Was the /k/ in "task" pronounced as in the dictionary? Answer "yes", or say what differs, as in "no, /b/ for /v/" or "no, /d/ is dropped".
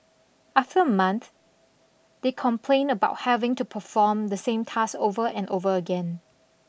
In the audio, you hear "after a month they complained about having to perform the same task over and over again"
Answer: no, /k/ is dropped